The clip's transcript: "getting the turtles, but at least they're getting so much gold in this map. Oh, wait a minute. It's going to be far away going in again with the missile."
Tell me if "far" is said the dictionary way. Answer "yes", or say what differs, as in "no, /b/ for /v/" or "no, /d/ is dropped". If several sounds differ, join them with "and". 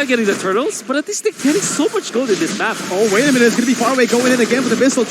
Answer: yes